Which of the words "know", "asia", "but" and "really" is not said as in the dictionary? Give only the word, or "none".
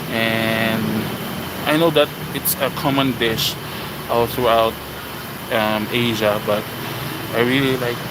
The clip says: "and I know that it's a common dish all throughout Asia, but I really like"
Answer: none